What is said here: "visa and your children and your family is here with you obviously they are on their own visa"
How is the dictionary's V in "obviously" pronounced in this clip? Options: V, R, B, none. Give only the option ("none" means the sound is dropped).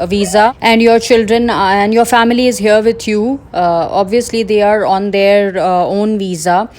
V